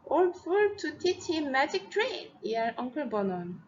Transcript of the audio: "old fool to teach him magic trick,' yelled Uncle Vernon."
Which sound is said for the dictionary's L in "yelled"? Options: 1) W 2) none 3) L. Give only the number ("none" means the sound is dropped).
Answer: 2